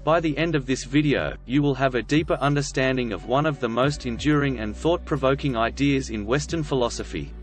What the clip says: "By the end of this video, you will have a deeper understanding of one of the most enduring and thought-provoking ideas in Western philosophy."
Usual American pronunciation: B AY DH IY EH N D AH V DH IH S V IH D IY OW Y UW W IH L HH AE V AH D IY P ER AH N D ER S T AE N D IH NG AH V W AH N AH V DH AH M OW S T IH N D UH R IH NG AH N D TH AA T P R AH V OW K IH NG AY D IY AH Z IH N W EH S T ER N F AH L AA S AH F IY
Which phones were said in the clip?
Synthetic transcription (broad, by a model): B AY DH IY EH N D AH V DH IH S V IH D IY OW Y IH W IH L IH V AH D IY P ER AH N D ER S T AE N D IH NG AH V W AH N AH V DH AH M OW S T IH N D UH R IH NG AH N TH AA T P R AH V OW K IH NG AY D IY AH Z IH N W EH S T ER N F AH L AA S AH F IY